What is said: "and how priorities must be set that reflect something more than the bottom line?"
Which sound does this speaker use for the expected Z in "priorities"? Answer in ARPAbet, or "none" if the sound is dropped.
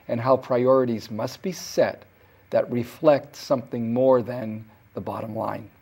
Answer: Z